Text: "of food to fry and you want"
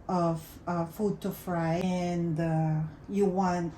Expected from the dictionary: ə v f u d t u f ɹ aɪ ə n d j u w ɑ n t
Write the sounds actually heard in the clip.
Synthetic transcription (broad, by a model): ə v f u d t u f ɹ aɪ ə n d j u w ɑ n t